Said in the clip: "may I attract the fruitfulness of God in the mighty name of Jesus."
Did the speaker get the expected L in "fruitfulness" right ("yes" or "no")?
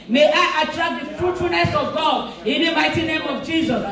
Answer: no